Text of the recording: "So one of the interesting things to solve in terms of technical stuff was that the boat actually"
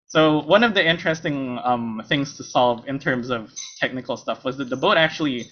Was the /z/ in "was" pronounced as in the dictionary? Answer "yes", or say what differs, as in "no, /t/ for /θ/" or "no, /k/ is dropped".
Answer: yes